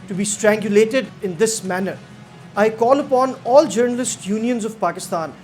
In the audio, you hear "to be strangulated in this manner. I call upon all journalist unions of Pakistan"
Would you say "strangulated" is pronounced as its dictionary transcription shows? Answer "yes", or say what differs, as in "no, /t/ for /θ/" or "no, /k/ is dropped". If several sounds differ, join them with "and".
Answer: yes